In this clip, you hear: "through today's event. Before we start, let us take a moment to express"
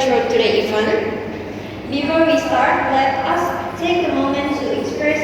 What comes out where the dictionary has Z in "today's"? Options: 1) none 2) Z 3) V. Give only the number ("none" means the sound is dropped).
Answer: 1